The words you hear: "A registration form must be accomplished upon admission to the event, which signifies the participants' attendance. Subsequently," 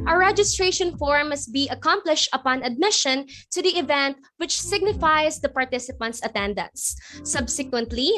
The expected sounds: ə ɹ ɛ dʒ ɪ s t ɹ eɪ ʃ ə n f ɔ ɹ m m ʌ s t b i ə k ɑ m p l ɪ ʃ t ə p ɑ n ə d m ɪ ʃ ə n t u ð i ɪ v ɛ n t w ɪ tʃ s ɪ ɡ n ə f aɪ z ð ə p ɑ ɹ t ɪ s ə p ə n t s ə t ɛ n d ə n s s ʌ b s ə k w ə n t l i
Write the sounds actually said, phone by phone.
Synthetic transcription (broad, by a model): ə ɹ ɛ dʒ ɪ s t ɹ eɪ ʃ ə n f ɔ ɹ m m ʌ s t b i ə k ɑ m p l ɪ ʃ t ə p ɑ n ə d m ɪ ʃ ə n t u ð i ɪ v ɛ n t w ɪ tʃ s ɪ ɡ n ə f aɪ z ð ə p ɑ ɹ t ɪ s ə p ə n t s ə t ɛ n d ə n s s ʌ b s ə k w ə n t l i